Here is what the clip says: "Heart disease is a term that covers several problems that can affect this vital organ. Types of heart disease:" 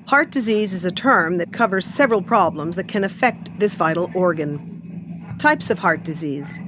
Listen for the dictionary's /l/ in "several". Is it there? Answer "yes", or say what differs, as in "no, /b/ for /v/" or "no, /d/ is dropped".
yes